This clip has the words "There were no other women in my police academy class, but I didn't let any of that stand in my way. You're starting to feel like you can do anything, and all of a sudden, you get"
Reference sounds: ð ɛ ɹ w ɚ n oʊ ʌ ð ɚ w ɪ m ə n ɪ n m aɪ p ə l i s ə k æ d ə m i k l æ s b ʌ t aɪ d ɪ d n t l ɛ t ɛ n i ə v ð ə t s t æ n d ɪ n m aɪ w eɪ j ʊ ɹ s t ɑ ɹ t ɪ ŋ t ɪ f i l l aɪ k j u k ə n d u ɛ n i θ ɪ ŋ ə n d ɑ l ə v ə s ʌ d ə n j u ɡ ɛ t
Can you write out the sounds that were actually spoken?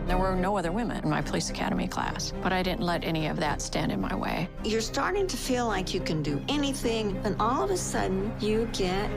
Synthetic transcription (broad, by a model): ð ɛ ɹ w ɚ n oʊ ʌ ð ɚ w ɪ m ə n ɪ n m aɪ p ə l i s ə k æ d ə m i k l æ s b ʌ t aɪ d ɪ d n t l ɛ t ɛ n i ə v ð ə t s t æ n d ɪ n m aɪ w eɪ j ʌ ɹ s t ɑ ɹ t ɪ ŋ t ɪ f i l l aɪ k j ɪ k ə n d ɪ ɛ n i θ ɪ ŋ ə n ɑ l ə v ə s ʌ d n j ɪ ɡ ɛ t